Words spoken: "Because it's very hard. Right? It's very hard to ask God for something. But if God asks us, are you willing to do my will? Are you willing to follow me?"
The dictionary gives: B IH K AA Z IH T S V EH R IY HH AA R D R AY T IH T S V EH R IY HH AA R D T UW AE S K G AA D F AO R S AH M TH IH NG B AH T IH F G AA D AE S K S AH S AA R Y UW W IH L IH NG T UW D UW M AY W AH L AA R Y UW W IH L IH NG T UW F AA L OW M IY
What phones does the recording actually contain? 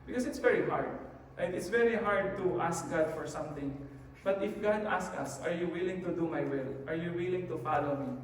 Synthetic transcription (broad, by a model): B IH K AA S IH T S V EH R IY HH AA R D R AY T IH T S V EH R IY HH AA R D T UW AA S K G AA D F AO R S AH M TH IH NG B AH T IH F G AA D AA S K AH S AA R Y UW W IH L IH NG T UW D UW M AY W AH L AA R Y UW W IH L IH NG T UW F AA L OW M IY